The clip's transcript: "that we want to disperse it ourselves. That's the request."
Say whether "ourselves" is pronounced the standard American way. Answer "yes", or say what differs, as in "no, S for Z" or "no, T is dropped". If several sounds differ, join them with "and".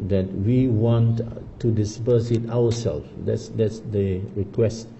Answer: no, W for R